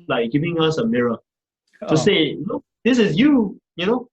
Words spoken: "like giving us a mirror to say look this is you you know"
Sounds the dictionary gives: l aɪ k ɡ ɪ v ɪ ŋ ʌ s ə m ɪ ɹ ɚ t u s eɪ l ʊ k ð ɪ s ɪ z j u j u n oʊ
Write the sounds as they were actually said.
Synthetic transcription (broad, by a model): l aɪ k ɡ ɪ v ɪ ŋ ʌ s ə m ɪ ɹ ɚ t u s eɪ n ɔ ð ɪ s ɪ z j u j u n oʊ